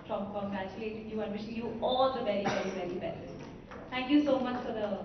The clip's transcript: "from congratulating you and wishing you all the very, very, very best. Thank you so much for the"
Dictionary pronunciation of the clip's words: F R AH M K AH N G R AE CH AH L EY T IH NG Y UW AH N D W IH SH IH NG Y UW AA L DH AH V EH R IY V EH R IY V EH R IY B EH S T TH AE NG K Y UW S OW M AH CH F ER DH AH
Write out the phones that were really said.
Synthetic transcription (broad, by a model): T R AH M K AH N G AE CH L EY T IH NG Y UW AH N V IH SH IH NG Y UW AA L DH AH V EH R IY V EH R IY V EH R IY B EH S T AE NG K Y UW S OW M AH CH F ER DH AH